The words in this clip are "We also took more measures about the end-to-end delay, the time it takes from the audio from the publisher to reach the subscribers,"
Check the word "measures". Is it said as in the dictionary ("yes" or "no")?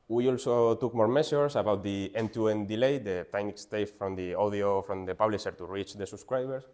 no